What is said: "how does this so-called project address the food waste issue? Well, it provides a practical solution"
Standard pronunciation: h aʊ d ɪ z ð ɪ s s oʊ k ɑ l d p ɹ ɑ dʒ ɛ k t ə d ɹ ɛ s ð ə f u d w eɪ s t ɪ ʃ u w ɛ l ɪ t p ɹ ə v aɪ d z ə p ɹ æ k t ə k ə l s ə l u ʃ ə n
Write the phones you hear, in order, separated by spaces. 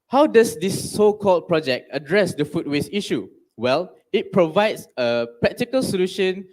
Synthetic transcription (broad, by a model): h aʊ d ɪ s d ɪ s s oʊ k ɑ l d p ɹ ɑ dʒ ɛ k t ə d ɹ ɛ s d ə f u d w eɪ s i ʃ u w ɛ l ɪ t p ɹ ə v aɪ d s ə p ɹ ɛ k t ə k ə l s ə l u ʃ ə n